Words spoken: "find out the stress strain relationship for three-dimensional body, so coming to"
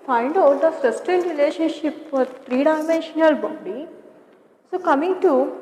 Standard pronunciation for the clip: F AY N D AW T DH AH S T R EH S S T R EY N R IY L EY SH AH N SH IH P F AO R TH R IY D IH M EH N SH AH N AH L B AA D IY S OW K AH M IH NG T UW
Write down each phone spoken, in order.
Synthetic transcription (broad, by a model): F AY N D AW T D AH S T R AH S S T EY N R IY L EY SH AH N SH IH P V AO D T R IY D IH M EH N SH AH N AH L B AA D IY S OW K AH M IH NG T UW